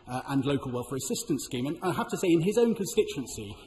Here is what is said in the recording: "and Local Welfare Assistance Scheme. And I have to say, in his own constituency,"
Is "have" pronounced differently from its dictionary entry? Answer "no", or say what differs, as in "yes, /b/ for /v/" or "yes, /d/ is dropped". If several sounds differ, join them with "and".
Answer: yes, /f/ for /v/